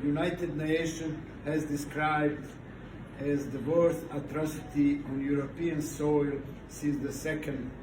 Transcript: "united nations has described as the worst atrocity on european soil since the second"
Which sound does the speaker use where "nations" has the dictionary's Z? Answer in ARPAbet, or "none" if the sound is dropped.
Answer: none